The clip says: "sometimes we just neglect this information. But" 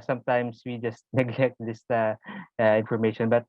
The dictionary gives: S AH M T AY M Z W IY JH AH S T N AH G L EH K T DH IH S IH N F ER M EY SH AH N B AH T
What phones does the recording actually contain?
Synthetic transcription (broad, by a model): S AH M T AY M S W IY JH AH S T N AH G L EH K T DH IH S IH N F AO M EY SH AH N B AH T